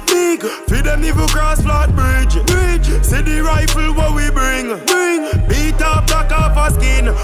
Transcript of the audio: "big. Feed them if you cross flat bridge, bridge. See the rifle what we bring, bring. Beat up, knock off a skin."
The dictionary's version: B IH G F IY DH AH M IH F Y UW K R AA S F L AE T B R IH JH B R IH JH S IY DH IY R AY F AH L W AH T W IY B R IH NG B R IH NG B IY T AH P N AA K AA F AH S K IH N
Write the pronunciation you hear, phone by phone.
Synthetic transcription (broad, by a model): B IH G F IY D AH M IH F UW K R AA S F L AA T B R IH JH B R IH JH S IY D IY R AY F AH L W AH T W IY B R IH NG B R IH NG B IY T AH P L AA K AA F AH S K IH N